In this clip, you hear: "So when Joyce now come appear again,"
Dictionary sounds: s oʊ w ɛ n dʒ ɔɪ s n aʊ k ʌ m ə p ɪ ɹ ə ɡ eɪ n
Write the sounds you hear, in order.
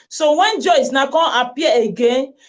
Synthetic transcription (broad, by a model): s oʊ w ɛ n dʒ ɔɪ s n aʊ k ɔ ə p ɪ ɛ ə ɡ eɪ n